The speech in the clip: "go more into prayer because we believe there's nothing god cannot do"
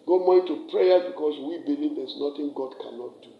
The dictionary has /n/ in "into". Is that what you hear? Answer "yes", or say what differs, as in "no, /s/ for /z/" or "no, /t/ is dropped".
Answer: no, /n/ is dropped